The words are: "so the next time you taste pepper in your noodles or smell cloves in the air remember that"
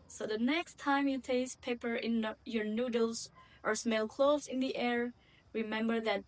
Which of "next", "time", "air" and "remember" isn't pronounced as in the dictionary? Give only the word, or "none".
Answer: none